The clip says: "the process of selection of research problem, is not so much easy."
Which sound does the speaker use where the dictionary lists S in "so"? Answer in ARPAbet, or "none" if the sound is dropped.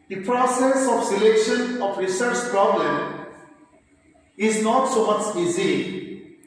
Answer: S